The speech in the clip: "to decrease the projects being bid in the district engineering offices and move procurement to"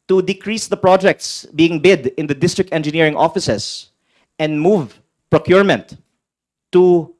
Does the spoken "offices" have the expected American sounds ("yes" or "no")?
no